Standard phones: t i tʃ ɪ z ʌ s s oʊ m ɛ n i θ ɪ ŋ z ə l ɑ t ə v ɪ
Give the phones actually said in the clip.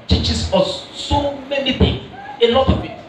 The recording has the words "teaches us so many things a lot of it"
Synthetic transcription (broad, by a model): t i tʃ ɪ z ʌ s s oʊ m ɛ n i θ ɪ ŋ ə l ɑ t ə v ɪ